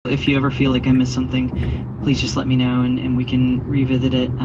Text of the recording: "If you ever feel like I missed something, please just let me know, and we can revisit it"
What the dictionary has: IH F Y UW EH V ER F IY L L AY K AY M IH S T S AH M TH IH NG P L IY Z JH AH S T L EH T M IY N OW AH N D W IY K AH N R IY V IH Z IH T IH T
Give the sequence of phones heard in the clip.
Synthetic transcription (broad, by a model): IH F Y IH EH V ER F IY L L AY K AY M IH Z S AH M TH IH NG P L IY Z JH AH S T L EH T M IY N OW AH N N W IY K AH N R IY V IH Z IH T IH T